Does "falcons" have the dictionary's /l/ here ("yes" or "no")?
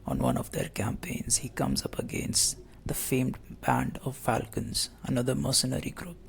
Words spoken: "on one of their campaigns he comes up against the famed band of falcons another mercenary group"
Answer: yes